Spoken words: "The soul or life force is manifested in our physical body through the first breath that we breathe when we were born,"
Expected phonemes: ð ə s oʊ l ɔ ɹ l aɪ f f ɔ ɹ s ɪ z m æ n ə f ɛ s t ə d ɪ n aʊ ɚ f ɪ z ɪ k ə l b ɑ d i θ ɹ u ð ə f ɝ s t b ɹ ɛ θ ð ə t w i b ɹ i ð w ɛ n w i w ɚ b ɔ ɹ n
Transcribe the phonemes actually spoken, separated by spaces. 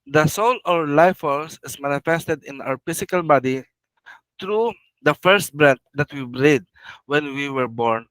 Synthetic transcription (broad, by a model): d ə s oʊ l ɔ ɹ l aɪ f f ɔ l s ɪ s m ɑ n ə f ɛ s t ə d ɪ n aʊ ɚ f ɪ s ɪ k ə l b ɑ d i t ɹ u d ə f ɝ s t b ɹ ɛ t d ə t w i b ɹ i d w ɛ n w i w ɚ b ɔ ɹ n